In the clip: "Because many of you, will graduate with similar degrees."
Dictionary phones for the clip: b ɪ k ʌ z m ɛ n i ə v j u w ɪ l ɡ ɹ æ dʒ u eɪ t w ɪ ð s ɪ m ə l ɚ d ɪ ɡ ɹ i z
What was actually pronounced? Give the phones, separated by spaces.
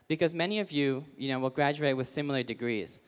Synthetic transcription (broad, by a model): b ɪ k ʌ z m ɛ n i ə v j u w ɪ l ɡ ɹ æ dʒ u eɪ t w ɪ ð s ɪ m l ɚ d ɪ ɡ ɹ i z